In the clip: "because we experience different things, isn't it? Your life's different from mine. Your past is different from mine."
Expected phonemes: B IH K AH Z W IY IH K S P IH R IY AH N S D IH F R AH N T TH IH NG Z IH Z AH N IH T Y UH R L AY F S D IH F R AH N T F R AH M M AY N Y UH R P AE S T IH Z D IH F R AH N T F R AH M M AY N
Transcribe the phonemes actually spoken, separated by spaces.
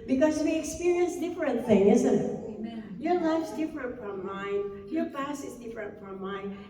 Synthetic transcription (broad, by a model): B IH K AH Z W IY IH K S P IH R IY AH N S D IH F R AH N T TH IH NG IH Z AH N IH T Y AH R L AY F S D IH F R AH N T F R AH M M AY N Y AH R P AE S IH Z D IH F R AH N T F R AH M M AY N